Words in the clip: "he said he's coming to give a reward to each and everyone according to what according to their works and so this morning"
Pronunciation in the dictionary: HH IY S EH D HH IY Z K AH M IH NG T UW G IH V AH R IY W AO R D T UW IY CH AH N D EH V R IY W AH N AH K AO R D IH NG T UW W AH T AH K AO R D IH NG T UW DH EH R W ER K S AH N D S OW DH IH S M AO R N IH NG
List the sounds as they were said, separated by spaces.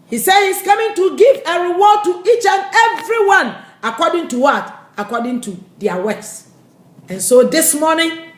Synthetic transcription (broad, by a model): HH IY S EH D HH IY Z K AH M IH NG T UW G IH V AH R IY W AO D T UW IY CH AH N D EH V R IY W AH N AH K AO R D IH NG T UW W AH T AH K AO D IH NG T UW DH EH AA W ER S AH N S OW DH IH S M AO N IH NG